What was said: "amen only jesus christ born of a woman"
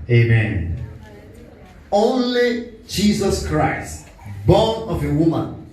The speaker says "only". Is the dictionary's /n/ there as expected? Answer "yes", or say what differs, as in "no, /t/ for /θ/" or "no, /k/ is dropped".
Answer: yes